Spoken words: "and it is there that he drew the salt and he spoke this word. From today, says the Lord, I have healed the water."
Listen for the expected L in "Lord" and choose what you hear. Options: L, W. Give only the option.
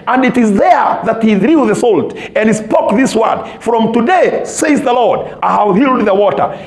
L